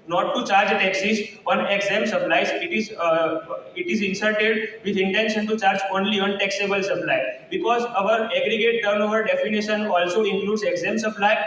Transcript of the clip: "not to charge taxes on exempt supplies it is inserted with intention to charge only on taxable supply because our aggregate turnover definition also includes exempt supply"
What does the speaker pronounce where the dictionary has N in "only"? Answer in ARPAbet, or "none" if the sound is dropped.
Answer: N